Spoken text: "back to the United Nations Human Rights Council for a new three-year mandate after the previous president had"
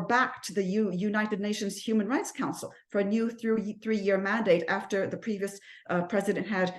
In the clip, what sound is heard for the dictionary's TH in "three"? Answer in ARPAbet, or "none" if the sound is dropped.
TH